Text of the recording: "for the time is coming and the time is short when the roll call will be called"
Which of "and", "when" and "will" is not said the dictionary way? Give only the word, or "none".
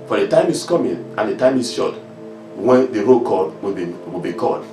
will